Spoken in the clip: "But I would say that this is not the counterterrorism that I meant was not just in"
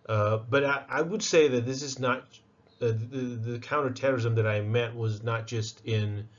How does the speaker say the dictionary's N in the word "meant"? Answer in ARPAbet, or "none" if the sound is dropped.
none